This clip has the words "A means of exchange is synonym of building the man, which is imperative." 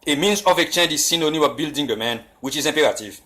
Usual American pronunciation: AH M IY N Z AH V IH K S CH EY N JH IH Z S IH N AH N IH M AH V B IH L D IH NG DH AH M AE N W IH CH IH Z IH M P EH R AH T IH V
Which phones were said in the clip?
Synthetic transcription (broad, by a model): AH M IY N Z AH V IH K CH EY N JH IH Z S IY N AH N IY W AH B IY L D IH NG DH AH M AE N W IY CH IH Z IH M P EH R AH T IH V